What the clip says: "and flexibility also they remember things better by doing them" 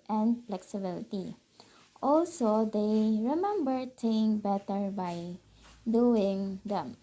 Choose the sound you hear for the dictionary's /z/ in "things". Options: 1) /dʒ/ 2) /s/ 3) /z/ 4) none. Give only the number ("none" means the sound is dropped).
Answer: 4